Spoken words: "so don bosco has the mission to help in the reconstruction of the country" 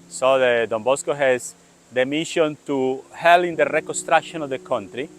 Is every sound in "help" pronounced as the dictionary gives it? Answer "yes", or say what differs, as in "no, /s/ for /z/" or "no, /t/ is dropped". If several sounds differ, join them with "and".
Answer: no, /p/ is dropped